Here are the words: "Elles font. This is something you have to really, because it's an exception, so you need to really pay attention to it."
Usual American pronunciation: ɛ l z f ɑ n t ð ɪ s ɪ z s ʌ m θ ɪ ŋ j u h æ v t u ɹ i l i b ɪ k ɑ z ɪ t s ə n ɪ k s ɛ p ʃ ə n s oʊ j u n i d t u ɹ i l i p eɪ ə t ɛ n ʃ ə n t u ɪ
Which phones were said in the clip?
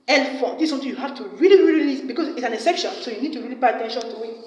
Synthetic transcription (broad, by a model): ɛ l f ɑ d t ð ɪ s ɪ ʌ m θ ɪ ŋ j u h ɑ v t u ɹ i l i b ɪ k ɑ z ɪ t s ə n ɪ s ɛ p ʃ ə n s oʊ j u n i d t u ɹ i l i p eɪ ə t ɛ n ʃ ə n t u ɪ